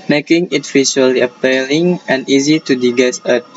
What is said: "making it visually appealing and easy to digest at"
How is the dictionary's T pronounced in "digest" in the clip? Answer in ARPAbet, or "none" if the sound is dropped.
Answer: none